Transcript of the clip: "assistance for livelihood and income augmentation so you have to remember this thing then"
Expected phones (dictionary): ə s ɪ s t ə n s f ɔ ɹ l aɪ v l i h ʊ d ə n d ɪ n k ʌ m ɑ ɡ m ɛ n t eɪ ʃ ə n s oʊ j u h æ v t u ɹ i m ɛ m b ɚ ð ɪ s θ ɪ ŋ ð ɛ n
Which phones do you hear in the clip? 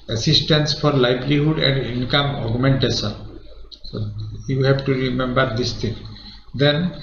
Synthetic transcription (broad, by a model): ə s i s t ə n s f ɔ ɹ l aɪ b l i h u d ə n d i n k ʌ m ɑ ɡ m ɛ n t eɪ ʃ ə n s oʊ j u h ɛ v t u ɹ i m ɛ m b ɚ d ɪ s t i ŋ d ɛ n